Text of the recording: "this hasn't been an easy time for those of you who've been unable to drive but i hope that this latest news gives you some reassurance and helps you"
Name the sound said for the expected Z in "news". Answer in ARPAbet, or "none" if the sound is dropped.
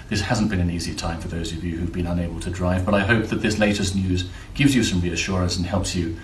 Z